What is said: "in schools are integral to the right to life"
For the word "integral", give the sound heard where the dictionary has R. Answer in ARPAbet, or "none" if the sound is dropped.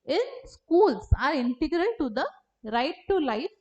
R